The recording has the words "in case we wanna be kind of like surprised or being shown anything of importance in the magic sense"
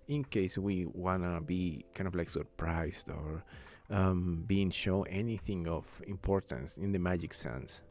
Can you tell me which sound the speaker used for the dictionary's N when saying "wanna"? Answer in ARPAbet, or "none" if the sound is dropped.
N